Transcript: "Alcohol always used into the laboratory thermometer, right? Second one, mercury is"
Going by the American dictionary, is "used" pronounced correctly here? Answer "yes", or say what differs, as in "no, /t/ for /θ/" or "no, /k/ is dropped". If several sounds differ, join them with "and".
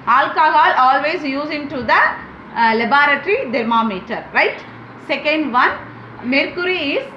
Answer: no, /d/ is dropped